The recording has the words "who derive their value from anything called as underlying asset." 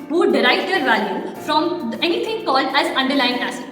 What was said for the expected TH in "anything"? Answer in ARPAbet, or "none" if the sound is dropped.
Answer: T